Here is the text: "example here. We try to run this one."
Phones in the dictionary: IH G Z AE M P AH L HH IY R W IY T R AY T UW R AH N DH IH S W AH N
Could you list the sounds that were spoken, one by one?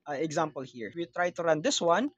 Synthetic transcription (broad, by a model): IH G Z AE M P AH L HH IY R W IY T R AY T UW R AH N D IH S W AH N